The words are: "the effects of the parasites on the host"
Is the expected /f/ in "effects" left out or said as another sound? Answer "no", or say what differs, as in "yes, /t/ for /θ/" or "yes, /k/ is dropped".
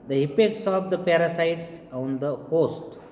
yes, /p/ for /f/